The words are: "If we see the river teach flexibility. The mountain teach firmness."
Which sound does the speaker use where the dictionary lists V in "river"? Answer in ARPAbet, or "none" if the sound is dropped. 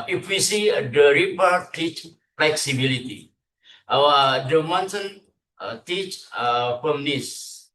P